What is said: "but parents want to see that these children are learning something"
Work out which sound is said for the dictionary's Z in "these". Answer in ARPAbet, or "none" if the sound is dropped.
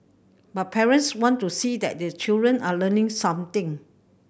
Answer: none